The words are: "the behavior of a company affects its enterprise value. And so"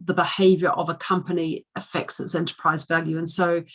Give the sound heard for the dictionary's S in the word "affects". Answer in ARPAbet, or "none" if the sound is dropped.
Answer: S